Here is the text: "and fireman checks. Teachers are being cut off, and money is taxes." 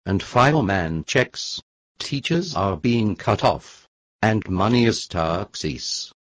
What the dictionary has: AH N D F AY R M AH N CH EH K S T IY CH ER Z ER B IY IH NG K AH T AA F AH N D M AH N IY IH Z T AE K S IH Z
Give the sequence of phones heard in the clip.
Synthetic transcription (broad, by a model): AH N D F AY L M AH N CH EH K S T IY CH ER Z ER B IY IH NG K AH T AA F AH N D M AH N IY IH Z T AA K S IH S